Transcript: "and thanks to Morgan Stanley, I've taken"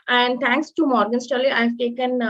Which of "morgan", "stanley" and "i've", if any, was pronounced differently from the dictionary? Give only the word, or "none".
stanley